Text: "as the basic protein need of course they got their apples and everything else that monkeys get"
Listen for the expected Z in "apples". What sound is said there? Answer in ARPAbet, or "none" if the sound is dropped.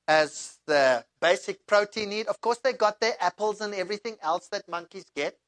Z